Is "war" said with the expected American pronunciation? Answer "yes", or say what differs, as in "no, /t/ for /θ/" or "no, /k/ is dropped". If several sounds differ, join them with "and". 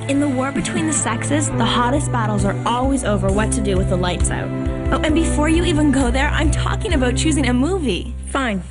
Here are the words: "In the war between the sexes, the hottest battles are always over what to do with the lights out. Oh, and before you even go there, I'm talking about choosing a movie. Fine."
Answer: yes